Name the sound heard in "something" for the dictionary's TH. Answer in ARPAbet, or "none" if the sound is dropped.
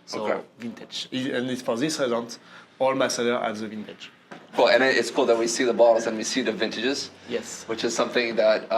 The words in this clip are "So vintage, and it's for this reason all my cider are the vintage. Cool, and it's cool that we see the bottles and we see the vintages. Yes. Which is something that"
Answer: TH